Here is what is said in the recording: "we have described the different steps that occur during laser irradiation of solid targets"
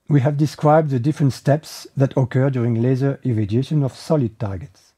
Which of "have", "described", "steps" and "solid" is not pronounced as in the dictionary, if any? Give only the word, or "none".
none